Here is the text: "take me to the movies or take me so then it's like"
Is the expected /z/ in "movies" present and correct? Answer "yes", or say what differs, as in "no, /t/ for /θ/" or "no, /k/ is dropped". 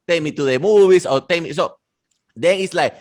no, /s/ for /z/